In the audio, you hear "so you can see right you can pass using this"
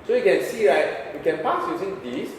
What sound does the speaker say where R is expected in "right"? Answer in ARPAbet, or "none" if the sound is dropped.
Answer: R